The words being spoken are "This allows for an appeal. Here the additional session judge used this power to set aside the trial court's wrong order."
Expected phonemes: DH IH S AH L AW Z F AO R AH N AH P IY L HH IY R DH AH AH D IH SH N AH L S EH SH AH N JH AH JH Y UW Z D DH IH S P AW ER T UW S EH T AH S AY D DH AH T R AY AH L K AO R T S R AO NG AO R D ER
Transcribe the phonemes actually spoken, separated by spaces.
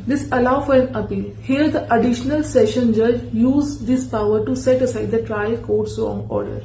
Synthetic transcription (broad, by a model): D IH S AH L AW F AO R AH N AH P IY L HH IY R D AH AH D IH SH N AH L S EH SH AH N JH AH JH Y UW Z D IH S P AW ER T UW S EH T AH S AY D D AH T R AY AH L K AO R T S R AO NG AO R D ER